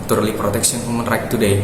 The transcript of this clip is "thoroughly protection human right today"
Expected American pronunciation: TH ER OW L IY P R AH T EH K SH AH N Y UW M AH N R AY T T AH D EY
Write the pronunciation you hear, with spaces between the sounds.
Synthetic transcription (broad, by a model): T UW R L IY P R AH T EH K S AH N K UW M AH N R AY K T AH D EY